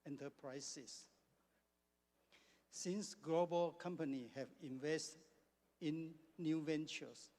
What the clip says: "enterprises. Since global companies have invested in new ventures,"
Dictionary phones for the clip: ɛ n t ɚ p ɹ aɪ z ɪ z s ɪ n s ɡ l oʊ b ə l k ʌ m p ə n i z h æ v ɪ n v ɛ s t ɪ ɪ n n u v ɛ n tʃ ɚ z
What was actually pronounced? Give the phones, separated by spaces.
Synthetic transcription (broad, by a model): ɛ n t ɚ p ɹ aɪ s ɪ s s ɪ n s ɡ l oʊ b ə l k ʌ m p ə n i h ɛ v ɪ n v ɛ s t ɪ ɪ n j u v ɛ n tʃ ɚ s